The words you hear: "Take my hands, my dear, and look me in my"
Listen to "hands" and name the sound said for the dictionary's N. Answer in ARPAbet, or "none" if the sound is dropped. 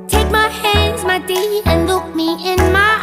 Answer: N